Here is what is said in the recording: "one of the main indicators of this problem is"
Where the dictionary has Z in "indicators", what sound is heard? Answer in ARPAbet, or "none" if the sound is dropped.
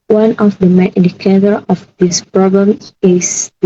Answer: none